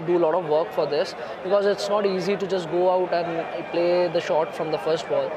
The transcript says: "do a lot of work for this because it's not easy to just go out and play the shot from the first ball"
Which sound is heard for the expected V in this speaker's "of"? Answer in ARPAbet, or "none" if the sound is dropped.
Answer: V